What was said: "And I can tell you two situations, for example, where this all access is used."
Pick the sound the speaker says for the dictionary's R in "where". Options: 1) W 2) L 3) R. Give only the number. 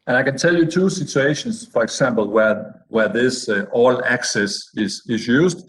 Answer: 1